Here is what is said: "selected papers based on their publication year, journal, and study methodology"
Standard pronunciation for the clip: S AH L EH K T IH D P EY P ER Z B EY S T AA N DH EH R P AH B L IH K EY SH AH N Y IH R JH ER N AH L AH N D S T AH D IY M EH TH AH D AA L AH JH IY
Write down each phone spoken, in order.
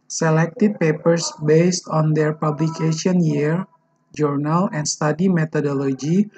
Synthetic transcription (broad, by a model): S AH L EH K T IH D P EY P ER S B EY S T AA N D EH R P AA B L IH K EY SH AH N Y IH R JH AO N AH L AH N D S T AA D IY M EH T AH D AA L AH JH IY